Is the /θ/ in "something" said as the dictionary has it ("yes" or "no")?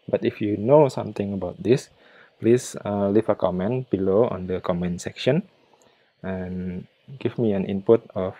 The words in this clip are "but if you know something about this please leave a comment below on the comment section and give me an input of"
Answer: no